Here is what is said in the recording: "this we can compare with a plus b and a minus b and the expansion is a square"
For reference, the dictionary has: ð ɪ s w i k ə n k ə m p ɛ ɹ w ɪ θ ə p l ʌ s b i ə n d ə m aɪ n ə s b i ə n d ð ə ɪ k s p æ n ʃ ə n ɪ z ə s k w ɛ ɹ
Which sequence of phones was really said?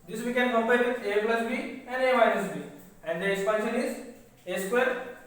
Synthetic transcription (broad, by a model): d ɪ s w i k ə n k ə m p ɛ ɹ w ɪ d ə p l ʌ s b i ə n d ə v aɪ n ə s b i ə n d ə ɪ s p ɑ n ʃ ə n ɪ z ə s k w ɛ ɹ